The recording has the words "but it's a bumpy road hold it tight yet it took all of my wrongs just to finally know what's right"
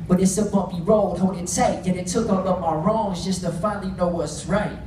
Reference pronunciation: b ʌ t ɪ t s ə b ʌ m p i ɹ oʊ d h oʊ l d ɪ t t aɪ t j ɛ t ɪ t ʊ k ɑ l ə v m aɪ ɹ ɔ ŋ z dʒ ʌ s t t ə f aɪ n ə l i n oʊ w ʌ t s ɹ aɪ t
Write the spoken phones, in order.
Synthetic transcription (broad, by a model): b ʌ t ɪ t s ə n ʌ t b i ɹ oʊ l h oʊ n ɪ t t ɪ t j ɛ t ɪ t ʊ k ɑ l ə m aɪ ɹ ɔ ŋ z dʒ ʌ s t t ə f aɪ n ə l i n oʊ w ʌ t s ɹ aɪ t